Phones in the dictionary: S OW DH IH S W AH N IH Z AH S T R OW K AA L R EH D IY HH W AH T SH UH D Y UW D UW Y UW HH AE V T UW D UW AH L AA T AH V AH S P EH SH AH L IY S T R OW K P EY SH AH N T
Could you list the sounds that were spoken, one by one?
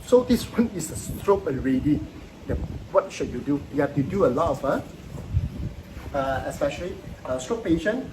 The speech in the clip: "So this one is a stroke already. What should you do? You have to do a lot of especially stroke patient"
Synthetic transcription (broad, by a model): S OW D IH S W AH N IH S AH S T R OW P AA N R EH D IY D W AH T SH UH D Y UW D UW Y UW HH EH F T UW D UW AH L AA T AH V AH S P EH SH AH L IY S T R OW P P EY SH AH N